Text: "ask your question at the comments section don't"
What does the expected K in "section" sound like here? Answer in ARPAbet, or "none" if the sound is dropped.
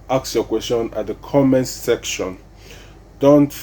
K